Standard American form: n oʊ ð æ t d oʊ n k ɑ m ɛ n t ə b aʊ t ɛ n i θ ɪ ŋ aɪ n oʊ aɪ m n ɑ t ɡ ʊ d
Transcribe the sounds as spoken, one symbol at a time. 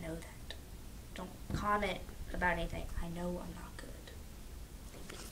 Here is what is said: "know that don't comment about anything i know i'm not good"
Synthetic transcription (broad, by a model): n oʊ ð æ t d oʊ n k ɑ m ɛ t ə b aʊ t ɛ n i θ ɪ ŋ aɪ n oʊ aɪ m n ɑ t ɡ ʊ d